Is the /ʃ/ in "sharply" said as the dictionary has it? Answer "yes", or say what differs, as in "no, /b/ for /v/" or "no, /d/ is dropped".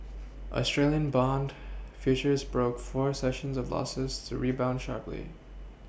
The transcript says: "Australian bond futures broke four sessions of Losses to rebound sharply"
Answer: yes